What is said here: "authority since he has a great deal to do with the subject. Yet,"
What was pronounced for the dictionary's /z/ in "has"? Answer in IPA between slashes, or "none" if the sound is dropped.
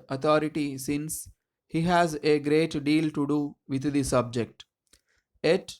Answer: /z/